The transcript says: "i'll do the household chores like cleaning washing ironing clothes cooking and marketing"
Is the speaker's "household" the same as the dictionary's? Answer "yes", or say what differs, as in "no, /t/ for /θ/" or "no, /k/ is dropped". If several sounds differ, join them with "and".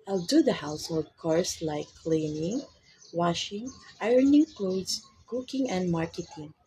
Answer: no, /l/ is dropped